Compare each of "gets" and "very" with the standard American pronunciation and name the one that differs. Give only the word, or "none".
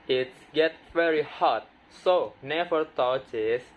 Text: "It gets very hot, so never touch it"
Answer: gets